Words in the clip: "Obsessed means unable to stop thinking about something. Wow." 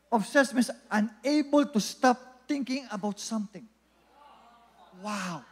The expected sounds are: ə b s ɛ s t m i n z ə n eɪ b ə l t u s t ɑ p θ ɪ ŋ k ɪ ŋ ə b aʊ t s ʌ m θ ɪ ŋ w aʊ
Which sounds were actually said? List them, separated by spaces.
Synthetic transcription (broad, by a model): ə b s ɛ s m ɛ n s ə n eɪ b ə l t u s t ɑ p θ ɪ ŋ k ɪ ŋ ə b aʊ t s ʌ m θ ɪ ŋ w aʊ